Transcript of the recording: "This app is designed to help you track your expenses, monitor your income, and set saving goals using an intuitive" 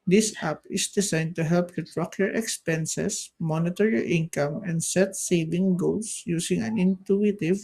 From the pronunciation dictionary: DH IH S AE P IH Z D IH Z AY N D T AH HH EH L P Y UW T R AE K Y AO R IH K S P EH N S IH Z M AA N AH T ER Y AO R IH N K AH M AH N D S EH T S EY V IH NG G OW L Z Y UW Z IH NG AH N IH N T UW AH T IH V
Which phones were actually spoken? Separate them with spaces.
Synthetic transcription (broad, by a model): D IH S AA P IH S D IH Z AY N D T AH HH EH L P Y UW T R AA K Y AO R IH K S P EH N S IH S M AA N AH T ER Y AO R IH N K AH M AH N D S EH T S EY V IH NG G OW L S Y UW S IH NG AH N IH N T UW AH T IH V